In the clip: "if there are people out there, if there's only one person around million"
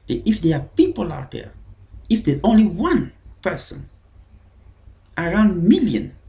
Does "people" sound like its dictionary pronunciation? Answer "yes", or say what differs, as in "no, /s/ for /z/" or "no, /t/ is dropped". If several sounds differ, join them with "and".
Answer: yes